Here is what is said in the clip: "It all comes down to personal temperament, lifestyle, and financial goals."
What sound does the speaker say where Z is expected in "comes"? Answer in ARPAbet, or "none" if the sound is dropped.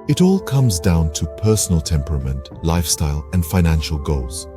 Z